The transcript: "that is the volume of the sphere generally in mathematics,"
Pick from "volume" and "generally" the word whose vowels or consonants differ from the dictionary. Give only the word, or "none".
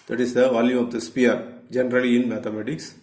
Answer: none